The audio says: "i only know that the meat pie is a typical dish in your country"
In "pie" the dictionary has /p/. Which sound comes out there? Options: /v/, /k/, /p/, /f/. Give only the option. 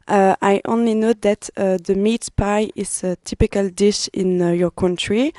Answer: /p/